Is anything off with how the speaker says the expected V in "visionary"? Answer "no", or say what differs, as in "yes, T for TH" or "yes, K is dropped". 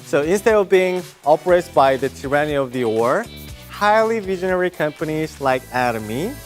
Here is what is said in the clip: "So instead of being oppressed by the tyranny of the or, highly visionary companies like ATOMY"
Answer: no